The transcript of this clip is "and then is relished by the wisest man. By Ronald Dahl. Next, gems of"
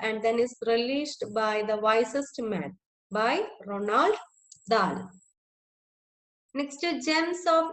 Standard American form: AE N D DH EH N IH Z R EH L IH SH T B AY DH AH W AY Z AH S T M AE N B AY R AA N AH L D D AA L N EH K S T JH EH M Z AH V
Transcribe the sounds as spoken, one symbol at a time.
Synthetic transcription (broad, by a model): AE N D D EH N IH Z R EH L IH S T B AY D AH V AY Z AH S T M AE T B AY R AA N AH L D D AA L N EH K S T JH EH M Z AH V